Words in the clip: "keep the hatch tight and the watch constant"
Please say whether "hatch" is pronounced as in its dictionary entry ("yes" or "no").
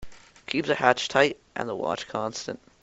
yes